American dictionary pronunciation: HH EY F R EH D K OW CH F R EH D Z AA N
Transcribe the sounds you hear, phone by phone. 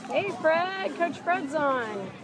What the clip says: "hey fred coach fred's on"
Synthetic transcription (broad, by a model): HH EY F R EH D K OW CH F R EH D Z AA N